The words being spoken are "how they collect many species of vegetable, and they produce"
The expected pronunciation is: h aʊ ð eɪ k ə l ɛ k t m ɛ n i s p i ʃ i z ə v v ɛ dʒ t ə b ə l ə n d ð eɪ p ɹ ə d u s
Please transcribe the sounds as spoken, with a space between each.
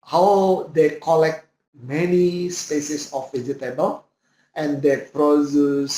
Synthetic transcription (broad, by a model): h aʊ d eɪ k ə l ɛ k t m ɛ n i s p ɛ s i s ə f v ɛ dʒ t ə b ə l ə n d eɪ p ɹ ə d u s